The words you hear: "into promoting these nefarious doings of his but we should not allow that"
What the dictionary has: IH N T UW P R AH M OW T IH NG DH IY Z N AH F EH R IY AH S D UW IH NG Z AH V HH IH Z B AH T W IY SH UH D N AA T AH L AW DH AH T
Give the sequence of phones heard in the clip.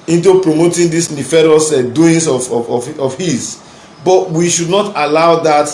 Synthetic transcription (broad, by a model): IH N T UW P R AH M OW T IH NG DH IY S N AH F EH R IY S D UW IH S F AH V HH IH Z B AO T W IY SH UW D N AA T AH L AW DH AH T